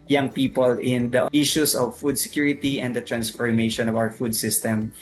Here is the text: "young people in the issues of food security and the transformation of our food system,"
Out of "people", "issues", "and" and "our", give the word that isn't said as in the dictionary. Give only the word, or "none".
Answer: issues